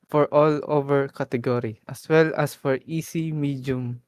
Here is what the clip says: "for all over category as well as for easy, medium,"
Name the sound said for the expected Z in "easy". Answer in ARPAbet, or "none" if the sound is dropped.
S